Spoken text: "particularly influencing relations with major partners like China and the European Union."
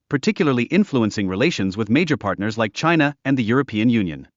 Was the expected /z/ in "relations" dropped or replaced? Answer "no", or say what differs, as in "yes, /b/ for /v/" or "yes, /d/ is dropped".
no